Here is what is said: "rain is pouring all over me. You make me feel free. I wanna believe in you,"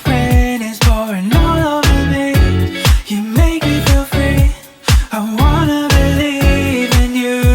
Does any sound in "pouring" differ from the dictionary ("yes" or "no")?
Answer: yes